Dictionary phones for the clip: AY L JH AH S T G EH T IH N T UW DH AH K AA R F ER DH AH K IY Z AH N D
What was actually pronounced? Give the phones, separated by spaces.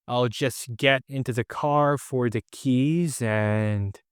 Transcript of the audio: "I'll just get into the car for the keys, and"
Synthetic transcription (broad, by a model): AY L JH AH S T G EH T IH N T UW DH AH K AA R F ER DH AH K IY Z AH N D